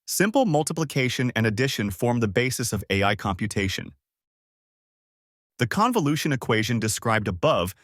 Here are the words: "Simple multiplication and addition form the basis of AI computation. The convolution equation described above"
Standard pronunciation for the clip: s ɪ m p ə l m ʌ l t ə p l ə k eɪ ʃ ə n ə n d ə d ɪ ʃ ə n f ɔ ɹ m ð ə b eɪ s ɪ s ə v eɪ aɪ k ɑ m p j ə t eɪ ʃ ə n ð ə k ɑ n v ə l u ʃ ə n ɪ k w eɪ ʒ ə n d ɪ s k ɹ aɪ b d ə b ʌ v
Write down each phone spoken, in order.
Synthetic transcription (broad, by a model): s ɪ m p l m ʌ l t ə p l ə k eɪ ʃ ə n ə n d ə d ɪ ʃ ə n f ɔ ɹ m ð ə b eɪ s ɪ s ə v eɪ aɪ k ɑ m p j ə t eɪ ʃ ə n ð ə k ɑ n v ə l u ʃ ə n ɪ k w eɪ ʒ ə n d ɪ s k ɹ aɪ b d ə b ʌ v